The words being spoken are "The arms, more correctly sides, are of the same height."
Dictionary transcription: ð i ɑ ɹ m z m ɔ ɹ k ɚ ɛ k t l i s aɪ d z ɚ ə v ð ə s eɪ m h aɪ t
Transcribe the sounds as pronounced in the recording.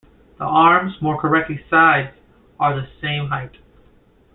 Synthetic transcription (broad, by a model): ð i ɑ ɹ m z m ɔ ɹ k ɚ ɛ k t l i s aɪ d z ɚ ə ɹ ð ə s eɪ m h aɪ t